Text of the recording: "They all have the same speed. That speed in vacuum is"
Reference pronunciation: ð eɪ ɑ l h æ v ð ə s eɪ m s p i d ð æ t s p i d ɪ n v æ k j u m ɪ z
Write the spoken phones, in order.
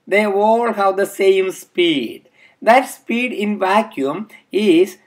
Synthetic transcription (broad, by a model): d eɪ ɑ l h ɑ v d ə s eɪ m s p i d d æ t s p i d ɪ n v æ k j u m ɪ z